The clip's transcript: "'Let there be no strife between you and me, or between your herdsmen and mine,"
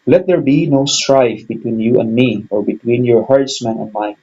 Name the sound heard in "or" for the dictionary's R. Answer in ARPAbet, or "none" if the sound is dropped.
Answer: R